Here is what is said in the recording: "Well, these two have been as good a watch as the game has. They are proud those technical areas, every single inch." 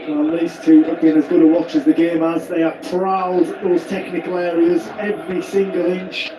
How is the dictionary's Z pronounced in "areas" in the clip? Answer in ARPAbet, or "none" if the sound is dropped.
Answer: Z